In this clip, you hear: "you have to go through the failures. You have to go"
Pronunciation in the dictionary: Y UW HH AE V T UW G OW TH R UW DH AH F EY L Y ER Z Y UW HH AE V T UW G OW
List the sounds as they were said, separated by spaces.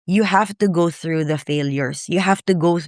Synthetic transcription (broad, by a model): Y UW HH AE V T UW G OW TH R UW DH AH F EY L Y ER S Y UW HH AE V T UW G OW